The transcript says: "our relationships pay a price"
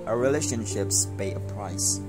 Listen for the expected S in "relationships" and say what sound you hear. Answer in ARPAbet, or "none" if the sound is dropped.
S